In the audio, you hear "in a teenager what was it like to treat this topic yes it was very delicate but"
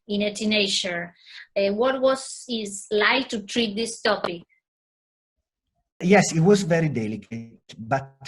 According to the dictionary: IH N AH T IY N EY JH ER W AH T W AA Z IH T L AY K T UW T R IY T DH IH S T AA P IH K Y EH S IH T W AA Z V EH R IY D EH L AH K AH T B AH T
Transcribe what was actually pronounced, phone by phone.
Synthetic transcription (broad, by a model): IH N AH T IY N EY SH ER W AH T W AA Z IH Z L AY K T UW T R IY T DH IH S T AA P IH K Y EH S IH T W AA Z V EH R IY D EH L AH K AH T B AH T